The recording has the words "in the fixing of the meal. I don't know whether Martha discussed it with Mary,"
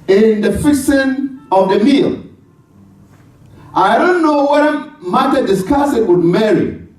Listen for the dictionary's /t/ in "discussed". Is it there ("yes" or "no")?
no